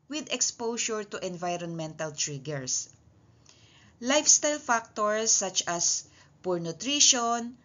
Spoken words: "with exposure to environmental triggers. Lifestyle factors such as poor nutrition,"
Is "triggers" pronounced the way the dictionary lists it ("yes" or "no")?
no